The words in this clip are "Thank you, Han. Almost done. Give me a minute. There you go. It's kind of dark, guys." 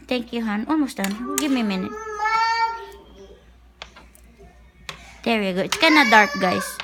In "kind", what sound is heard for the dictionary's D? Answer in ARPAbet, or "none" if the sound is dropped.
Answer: none